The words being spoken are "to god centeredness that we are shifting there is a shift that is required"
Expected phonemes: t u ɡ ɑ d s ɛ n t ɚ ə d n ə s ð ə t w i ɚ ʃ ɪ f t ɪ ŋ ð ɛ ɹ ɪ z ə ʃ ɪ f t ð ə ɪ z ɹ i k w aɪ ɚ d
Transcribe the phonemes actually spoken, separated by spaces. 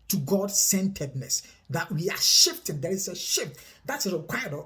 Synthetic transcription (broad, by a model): t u ɡ ɑ d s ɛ n t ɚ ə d n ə s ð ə t w i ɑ ʃ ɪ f t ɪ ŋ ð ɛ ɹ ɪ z ə ʃ ɪ f t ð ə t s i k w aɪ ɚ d